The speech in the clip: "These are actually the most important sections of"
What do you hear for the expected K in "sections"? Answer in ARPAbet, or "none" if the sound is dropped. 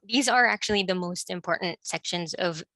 K